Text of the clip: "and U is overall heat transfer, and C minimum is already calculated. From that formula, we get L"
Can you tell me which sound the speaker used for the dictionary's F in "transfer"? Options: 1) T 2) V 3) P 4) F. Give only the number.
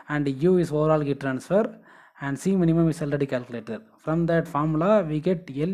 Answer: 4